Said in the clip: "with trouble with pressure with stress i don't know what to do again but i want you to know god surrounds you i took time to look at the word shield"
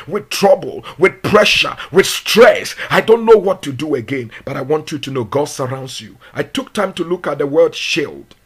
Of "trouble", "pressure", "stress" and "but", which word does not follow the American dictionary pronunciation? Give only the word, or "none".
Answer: none